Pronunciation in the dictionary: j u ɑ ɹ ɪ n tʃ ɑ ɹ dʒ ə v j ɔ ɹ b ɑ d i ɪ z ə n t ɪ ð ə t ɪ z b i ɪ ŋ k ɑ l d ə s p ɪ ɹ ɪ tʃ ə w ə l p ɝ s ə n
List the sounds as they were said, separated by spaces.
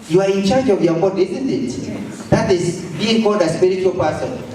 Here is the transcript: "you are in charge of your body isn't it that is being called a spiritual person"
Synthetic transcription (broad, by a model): j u ɑ ɹ ɪ n tʃ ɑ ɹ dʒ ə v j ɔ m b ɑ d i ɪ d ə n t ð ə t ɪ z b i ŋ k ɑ d ə s p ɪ ɹ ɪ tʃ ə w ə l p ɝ s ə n